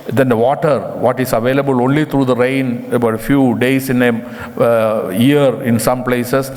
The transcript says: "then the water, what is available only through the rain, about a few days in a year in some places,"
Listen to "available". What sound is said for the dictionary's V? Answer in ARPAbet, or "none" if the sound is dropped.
V